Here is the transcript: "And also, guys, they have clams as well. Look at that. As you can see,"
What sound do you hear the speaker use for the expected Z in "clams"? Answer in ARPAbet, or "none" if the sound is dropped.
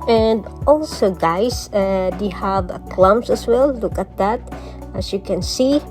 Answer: S